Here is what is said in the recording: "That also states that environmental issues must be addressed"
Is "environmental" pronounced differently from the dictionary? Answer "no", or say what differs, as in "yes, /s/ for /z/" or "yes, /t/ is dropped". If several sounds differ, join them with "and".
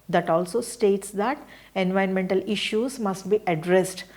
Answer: yes, /ɹ/ is dropped